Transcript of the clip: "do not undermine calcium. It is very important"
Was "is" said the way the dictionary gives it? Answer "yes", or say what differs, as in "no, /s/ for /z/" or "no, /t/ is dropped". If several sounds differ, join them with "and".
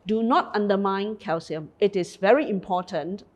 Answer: no, /s/ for /z/